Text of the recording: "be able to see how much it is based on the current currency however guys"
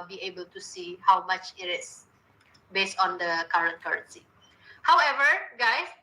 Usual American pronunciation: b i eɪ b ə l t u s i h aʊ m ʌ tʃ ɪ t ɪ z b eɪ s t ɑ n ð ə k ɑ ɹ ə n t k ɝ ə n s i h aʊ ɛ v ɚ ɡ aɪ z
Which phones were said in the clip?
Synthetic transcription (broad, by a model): b i eɪ b ə l t u s i h aʊ m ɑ tʃ ɪ t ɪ s b eɪ s t ɑ n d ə k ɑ ɹ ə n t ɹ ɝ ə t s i h aʊ ɛ v ɚ ɡ aɪ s